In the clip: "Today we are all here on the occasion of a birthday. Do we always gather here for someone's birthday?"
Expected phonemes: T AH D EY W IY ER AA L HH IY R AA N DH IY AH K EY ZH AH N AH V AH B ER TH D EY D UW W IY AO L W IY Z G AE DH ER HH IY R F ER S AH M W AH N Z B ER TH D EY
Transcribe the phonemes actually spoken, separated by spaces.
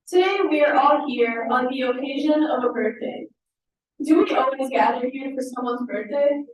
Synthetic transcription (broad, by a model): T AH D EY W IY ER AA L HH IY R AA N DH IY AH K EY ZH AH N AH V AH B ER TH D EY D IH W IY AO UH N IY G AE DH ER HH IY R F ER S AH M W AH N Z B ER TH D EY